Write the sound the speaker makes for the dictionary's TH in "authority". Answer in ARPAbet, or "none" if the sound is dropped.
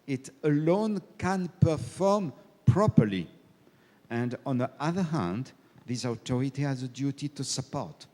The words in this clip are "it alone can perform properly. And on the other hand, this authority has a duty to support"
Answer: T